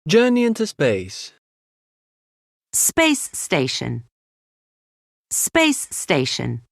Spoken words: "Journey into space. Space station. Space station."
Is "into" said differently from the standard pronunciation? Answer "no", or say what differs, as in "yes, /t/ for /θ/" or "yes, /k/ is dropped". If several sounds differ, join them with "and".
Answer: no